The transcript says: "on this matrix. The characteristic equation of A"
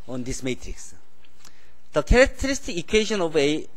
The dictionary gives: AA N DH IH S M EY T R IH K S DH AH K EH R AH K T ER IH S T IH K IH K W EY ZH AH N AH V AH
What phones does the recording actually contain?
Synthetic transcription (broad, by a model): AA N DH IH S M EY T R IH K S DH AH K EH R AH K T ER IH S T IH K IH K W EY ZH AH N AH V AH